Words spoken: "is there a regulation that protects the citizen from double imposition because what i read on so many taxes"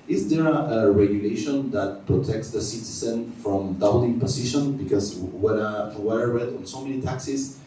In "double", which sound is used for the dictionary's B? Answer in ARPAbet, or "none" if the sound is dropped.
none